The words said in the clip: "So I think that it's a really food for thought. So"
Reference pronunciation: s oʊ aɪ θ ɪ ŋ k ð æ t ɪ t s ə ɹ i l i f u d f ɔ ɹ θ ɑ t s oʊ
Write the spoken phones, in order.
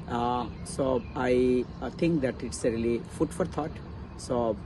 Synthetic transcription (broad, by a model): s oʊ aɪ t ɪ ŋ k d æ t ɪ t s ə ɹ i l i f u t f ɔ ɹ t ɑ t s oʊ